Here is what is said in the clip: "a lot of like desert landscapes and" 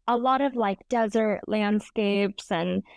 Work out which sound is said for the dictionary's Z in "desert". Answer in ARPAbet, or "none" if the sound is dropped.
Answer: Z